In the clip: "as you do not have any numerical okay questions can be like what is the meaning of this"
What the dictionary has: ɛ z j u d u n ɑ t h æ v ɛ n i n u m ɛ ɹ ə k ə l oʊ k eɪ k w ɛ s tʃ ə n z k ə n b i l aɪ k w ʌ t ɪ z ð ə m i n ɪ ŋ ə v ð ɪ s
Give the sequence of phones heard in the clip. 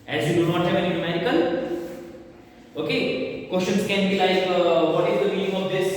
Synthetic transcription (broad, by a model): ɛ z j u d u n ɑ t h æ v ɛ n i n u m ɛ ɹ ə k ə l oʊ k eɪ k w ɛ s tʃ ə n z k ə n b i l aɪ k w ʌ t ɪ z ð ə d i l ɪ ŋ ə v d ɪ s